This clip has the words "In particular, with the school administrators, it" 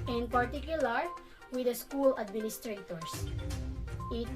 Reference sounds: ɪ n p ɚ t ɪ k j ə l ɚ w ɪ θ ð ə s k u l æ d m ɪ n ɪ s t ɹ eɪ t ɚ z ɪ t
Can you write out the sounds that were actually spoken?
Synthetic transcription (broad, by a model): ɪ n p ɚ t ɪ k j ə l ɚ w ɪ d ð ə s k u l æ d m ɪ n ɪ s t ɹ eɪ t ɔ s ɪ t